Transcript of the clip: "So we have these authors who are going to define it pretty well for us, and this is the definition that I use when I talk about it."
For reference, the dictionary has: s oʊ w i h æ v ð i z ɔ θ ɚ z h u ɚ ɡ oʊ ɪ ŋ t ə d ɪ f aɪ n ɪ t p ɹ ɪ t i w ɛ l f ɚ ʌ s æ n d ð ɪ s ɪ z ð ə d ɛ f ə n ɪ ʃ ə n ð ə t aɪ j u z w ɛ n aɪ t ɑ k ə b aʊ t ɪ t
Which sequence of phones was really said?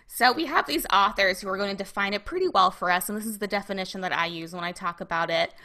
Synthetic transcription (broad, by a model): s oʊ w i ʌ v ð i z ɔ θ ɚ z h u ɚ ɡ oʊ ɪ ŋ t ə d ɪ f aɪ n ɪ t p ɹ ɪ t i w ɛ l f ɚ ʌ s n ð ɪ s ɪ z ð ə d ɛ f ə n ɪ ʃ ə n ð ə t aɪ j u z w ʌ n aɪ t ɑ k ə b aʊ t ɪ t